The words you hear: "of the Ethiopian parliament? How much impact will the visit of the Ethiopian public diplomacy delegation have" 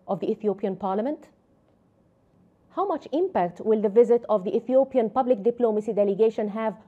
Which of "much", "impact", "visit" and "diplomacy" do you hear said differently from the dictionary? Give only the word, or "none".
none